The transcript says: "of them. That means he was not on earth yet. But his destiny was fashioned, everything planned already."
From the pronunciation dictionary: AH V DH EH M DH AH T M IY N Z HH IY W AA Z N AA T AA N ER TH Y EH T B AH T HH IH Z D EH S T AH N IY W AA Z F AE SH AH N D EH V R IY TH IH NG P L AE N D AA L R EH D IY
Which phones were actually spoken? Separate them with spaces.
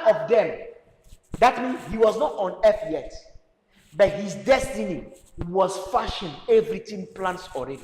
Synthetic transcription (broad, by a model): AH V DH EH M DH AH T M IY N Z HH IY W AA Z N AA T AA N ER F Y EH T B AH T HH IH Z D EH S T AH N IY W AA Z F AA SH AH N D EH V R IY T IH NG P L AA N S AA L R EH D IY